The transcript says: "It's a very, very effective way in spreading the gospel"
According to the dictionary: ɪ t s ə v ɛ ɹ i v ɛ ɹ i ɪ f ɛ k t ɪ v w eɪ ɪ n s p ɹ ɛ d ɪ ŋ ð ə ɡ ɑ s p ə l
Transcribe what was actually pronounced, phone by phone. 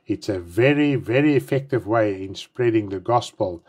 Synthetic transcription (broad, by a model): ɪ t s ə v ɛ ɹ i v ɛ ɹ i ɪ f ɛ k t ɪ v w eɪ ɪ n s p ɹ ɛ d ɪ ŋ ð ə ɡ ɑ s p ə l